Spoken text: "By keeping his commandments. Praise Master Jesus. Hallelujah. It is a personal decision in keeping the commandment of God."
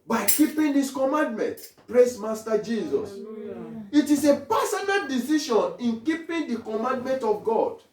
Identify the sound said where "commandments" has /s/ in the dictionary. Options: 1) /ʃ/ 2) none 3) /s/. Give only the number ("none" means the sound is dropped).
2